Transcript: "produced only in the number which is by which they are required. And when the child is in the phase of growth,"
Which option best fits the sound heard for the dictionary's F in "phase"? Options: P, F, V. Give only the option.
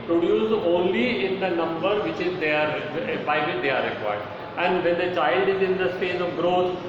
P